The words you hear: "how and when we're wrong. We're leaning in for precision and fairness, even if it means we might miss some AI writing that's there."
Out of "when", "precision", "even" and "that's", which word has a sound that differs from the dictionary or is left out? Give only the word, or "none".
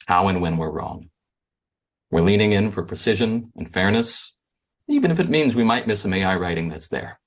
none